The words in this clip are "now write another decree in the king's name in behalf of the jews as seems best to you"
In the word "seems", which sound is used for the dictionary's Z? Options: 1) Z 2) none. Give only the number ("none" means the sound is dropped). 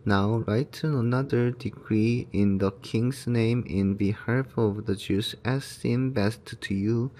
2